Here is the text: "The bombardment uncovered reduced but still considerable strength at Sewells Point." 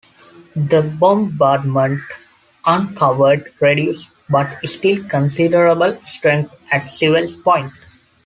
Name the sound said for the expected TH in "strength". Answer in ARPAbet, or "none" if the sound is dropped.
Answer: T